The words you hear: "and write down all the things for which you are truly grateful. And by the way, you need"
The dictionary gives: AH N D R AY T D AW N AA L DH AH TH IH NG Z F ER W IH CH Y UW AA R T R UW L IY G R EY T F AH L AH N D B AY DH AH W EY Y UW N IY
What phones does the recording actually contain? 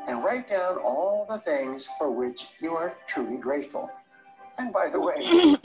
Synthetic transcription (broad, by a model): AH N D R AY T D AW N AA L DH AH TH IH NG Z F ER W IH CH Y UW AA R T R UW L IY G R EY T F AH L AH N B AY DH AH W EY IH